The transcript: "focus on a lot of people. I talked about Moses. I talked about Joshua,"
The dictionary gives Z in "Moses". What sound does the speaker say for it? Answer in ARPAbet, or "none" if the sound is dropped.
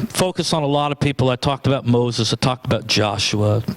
Z